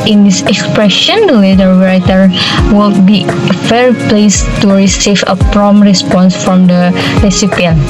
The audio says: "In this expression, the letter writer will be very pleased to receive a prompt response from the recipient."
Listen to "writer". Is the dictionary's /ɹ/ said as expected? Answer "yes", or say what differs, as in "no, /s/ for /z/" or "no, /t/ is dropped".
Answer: no, /w/ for /ɹ/